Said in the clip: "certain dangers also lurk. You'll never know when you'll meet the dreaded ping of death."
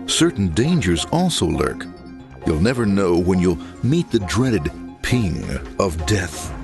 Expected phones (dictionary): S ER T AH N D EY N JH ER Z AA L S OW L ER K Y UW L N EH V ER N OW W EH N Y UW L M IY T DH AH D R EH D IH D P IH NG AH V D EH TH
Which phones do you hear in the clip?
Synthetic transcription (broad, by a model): S ER T N D EY N JH ER Z AA L S OW L ER K Y UW L N EH V ER N OW W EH N Y UW L M IY T DH AH D R EH D IH D P IH NG AH V D EH TH